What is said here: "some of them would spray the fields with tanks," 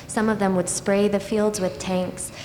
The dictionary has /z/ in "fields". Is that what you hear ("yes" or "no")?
yes